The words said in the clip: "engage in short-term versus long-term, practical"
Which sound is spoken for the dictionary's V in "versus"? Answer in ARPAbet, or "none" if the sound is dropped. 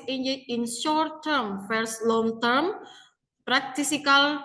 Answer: F